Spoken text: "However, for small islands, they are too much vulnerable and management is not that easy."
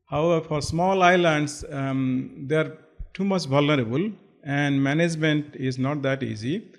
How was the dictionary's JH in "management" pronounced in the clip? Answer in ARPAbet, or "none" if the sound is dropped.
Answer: JH